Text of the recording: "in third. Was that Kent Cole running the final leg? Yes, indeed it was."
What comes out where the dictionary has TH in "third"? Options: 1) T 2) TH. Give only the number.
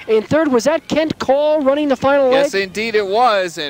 2